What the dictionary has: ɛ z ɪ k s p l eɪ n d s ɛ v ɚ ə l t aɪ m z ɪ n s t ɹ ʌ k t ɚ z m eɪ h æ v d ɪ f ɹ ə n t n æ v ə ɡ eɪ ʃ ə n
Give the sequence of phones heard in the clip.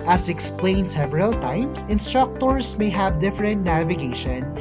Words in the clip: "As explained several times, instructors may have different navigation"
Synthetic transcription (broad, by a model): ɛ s ɪ k s p l eɪ n d s ɛ v ɚ ə l t aɪ m s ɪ n s t ɹ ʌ k t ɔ s m eɪ h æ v d ɪ f ɹ ə n t n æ v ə ɡ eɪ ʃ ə n